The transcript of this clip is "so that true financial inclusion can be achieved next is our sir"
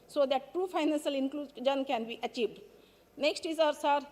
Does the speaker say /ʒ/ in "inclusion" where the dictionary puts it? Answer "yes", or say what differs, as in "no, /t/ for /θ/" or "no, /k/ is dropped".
no, /z/ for /ʒ/